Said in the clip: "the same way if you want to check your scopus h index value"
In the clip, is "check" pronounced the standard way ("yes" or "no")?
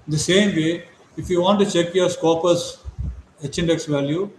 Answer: yes